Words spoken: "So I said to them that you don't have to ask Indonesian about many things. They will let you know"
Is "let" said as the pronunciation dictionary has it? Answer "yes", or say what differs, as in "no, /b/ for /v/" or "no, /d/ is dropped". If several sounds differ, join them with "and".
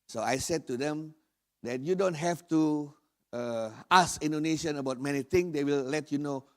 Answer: yes